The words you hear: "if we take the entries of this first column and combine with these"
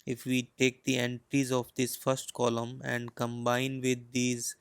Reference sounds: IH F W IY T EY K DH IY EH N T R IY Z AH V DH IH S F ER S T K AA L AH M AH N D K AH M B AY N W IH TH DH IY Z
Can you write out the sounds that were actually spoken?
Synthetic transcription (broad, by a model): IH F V IY T EY K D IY EH N T R IY Z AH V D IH S F ER S T K AA L AH M AH N D K AH M B AY N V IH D IY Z